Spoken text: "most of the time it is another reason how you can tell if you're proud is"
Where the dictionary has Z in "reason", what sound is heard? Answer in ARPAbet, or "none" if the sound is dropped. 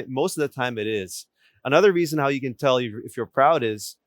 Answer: Z